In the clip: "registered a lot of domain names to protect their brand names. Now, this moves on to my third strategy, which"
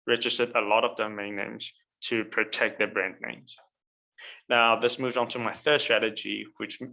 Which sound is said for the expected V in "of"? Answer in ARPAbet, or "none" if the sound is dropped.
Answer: V